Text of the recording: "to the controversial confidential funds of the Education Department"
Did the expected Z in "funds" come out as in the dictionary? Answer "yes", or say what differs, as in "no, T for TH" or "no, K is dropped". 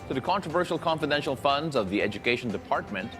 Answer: yes